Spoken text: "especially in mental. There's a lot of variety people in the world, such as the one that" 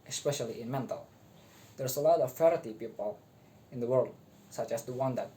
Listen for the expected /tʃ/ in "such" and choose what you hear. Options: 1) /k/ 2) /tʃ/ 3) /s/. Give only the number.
2